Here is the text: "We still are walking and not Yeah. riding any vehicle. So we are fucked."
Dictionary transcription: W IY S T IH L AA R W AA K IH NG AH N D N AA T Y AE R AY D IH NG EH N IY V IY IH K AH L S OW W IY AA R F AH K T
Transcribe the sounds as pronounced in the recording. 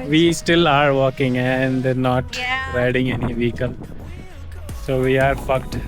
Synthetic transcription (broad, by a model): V IY S T IH L AA R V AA K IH NG AH N D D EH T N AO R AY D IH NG EH N IY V IY K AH N S OW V IY AA R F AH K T